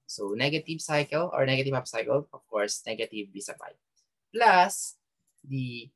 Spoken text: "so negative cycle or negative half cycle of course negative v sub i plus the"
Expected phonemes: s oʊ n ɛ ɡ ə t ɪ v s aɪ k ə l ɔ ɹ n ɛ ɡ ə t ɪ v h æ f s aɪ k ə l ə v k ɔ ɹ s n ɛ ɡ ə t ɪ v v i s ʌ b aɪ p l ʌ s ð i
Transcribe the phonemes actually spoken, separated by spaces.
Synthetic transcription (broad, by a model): s oʊ n ɛ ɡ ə t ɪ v s aɪ k ə l ɔ ɹ n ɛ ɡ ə t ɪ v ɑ p s aɪ k ə l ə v k ɔ ɹ s n ɛ ɡ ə t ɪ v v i s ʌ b aɪ p l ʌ s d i